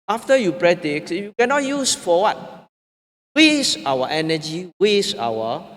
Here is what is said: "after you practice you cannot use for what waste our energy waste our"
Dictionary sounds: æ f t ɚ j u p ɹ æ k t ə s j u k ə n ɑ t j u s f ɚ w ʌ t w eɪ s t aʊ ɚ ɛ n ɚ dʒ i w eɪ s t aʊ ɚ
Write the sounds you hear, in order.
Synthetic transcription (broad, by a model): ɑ f t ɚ j u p ɹ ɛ t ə s j u k ə n ɑ t j u s f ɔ w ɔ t w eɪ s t aʊ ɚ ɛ n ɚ dʒ i w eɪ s aʊ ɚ